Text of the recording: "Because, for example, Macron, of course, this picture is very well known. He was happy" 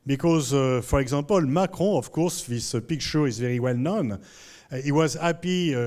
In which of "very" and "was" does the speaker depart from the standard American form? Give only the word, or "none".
none